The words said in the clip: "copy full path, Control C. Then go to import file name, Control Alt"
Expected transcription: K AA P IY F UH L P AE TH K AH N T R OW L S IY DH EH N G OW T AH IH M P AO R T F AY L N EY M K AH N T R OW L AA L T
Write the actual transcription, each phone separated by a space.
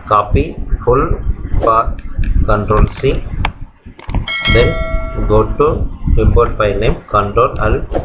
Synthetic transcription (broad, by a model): K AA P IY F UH L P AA T K AH N T R OW L S IY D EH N G OW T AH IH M B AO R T P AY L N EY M K AH N T R OW L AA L